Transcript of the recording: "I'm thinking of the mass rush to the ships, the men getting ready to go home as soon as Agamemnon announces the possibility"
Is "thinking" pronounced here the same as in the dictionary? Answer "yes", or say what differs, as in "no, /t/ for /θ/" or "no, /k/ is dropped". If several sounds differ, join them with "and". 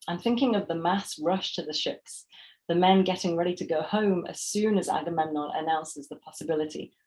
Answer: yes